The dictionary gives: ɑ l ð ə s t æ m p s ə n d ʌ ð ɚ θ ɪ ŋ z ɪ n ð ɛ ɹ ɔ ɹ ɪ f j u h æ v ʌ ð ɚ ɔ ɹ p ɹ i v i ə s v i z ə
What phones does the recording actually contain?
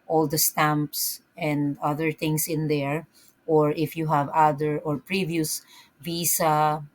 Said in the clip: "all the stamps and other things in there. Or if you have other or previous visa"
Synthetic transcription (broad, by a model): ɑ l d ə s t æ m p s ə n d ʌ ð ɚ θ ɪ ŋ s ɪ n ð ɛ ɹ ɔ ɹ ɪ f j u h æ v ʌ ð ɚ ɔ ɹ p ɹ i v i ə s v i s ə